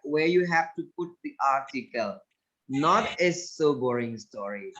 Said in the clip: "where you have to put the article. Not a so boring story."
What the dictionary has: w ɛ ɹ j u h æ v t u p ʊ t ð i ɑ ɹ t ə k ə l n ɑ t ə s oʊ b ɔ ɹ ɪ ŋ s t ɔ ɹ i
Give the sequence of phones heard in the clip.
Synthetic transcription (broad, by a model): w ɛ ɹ j u h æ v t u p ʊ t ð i ɑ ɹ t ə k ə l n ɑ t ə s oʊ b ɔ ɹ ɪ ŋ s t ɔ ɹ i